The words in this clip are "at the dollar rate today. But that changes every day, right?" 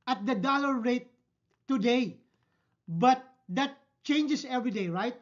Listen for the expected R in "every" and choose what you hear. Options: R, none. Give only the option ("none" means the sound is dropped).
R